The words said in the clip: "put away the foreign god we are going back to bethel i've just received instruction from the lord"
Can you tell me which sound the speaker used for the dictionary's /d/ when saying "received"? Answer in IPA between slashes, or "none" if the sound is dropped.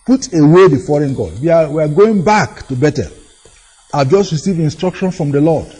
none